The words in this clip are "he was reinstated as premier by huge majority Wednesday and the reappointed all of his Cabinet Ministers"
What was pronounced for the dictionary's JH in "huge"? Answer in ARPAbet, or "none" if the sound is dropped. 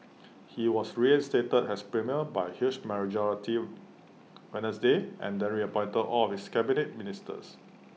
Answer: SH